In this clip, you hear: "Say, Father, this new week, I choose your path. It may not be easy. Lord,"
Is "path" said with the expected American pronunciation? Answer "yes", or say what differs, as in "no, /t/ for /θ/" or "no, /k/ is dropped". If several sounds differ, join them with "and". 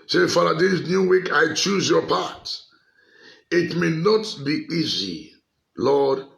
no, /t/ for /θ/